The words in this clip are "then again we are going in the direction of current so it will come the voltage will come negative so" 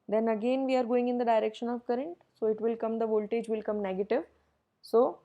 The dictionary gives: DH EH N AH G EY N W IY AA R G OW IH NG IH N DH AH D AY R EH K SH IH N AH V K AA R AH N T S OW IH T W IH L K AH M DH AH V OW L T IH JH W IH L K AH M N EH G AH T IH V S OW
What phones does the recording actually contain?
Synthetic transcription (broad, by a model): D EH N AH G EY N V IY AA R G OW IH NG IH N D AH D AY R EH K SH IH N AH V K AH R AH N T S OW IH T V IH L K AH M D AH V OW L T IH JH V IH L K AH M N EH G AH T IH V S OW